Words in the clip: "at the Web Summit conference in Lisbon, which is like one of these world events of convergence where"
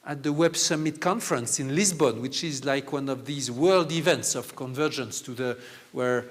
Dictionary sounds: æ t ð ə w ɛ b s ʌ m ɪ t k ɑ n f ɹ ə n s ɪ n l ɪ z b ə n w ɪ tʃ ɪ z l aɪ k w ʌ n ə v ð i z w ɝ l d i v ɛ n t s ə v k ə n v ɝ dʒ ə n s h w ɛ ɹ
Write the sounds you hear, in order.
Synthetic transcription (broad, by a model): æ t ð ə w ɛ b s ʌ m ɪ t k ɑ n f ɹ ə n s ɪ n l ɪ z b ə n w ɪ tʃ ɪ z l aɪ k w ʌ n ə v ð i z w ɝ l d i v ɛ n t s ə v k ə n v ɝ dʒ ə n s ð w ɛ ɹ